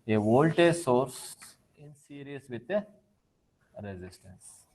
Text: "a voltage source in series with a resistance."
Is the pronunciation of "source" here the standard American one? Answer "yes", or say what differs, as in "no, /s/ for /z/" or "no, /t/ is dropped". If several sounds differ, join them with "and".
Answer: yes